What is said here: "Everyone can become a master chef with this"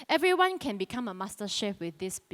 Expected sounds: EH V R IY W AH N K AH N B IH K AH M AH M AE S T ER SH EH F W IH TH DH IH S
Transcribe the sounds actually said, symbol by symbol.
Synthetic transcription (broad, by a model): EH V R IY W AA N K AH N B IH K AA M AH M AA S T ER SH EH P W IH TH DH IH S